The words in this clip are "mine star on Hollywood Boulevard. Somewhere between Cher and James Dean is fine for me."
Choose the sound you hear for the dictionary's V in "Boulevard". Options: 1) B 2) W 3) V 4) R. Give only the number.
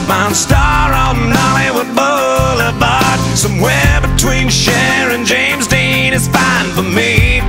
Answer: 1